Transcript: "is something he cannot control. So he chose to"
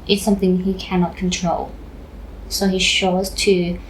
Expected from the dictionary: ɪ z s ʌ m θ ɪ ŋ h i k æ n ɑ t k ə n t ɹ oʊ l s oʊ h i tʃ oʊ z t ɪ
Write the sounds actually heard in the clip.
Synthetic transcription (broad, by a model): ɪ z s ʌ m θ ɪ ŋ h i k æ n ɑ t k ə n t ɹ oʊ l s oʊ h i ʃ oʊ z t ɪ